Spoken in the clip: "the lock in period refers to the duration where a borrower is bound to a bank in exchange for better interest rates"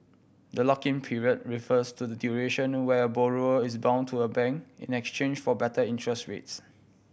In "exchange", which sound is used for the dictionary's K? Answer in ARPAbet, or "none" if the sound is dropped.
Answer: K